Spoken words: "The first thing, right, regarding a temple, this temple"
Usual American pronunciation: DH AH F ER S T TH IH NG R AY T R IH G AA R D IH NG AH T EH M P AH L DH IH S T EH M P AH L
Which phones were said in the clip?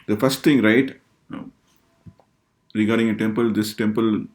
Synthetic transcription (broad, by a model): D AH F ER S T T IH NG R AY T R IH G AA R D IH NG AH T EH M P AH L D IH S T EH M P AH L